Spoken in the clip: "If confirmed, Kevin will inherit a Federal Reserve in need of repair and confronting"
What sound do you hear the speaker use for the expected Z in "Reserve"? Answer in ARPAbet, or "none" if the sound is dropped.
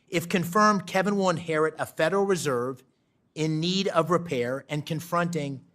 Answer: Z